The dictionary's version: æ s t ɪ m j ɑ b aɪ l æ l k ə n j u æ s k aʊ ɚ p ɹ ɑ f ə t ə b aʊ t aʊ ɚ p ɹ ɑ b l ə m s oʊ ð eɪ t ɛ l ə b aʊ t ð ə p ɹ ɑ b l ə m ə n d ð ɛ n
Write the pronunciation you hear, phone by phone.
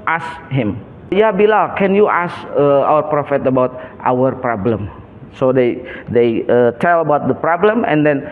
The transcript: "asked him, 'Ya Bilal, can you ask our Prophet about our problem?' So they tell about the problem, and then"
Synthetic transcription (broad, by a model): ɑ s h ɪ m j ɑ b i l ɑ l k ə n j u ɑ s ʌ aʊ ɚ p ɹ ɑ f ə t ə b aʊ t aʊ ɚ p ɹ ɑ b l ə m s oʊ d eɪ t ɛ l ə b aʊ t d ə p ɹ ɑ b l ə m ə n d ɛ n